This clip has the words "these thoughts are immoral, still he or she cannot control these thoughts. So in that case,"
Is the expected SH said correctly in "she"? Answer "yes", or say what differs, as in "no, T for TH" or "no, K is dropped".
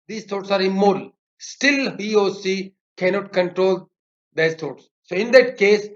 no, S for SH